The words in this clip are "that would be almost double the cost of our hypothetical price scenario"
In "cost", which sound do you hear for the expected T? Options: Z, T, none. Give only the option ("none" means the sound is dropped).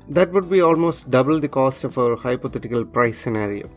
T